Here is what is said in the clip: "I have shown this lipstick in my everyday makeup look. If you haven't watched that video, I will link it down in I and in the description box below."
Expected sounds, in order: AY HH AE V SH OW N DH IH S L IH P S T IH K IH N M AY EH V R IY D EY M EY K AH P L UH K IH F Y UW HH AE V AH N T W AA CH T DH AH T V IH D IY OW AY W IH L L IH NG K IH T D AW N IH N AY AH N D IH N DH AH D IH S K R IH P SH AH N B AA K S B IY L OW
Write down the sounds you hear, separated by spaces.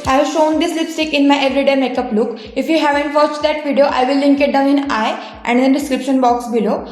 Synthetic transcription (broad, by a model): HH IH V SH OW N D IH S L IH P S T IH K IH N M AY EH V R IY D EY M EY K AH P L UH K IH F Y UW HH AE V AH N T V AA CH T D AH T V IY D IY OW AY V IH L L IH NG K IH T D AW N IH N AY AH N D IH N D IH S K R IH P SH AH N B AA K S B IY L OW